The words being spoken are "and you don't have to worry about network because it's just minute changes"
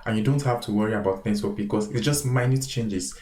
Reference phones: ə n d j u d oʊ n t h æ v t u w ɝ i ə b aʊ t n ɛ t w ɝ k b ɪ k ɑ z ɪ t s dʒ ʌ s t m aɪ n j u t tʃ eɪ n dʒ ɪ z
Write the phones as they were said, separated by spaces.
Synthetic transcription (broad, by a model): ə n j u d oʊ n t h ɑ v t u w ɝ i ə b aʊ t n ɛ s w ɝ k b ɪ k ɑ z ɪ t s dʒ ʌ s t m aɪ n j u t tʃ eɪ n dʒ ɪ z